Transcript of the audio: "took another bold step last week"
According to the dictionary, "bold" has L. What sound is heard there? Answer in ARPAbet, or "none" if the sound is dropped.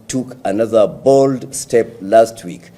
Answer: L